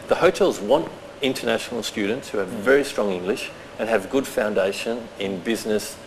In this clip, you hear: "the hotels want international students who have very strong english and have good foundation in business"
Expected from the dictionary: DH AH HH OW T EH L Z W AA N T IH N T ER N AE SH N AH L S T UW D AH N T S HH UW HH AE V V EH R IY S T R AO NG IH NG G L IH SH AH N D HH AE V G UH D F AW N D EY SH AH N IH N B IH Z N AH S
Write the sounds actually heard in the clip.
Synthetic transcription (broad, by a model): DH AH HH OW T EH L Z W AA N T IH N T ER N AE SH N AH L S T UW D N T S HH UW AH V V EH R IY S T R AO NG IH NG G L IH SH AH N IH V G UH D F AW N D EY SH AH N IH N B IH Z N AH S